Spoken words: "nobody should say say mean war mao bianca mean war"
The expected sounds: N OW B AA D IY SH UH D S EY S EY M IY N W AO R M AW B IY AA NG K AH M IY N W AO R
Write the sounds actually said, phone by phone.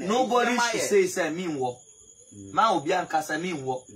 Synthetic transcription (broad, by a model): N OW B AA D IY S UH S EY S EY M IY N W AO M AW B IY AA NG K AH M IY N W AO